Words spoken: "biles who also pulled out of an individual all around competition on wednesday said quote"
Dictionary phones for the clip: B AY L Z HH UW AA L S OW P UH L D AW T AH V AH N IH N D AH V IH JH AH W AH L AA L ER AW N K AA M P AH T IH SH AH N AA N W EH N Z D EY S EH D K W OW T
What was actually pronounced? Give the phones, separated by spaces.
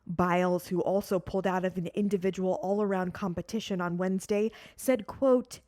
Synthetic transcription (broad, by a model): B AY L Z HH UW AA L S OW P UH L D AW T AH V AH N IH N D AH V IH JH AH W L AA L ER AW N K AA M P AH T IH SH AH N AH N W EH N Z D EY S EH D K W OW T